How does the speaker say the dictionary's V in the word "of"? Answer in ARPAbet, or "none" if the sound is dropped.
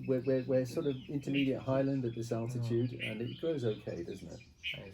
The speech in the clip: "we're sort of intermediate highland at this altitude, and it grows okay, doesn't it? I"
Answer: V